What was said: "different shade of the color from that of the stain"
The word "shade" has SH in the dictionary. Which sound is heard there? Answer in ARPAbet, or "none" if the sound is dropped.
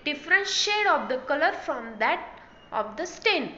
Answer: SH